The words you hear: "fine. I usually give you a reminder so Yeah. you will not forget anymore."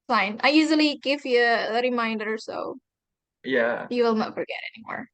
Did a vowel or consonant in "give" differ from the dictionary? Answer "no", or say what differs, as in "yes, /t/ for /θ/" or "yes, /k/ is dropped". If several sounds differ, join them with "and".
no